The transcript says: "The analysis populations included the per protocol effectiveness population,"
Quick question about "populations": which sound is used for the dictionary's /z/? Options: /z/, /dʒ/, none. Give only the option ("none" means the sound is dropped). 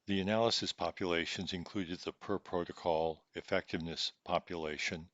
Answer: /z/